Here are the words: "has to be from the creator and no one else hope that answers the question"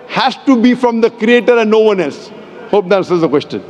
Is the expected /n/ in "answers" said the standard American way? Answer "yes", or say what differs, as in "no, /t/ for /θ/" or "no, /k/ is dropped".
no, /n/ is dropped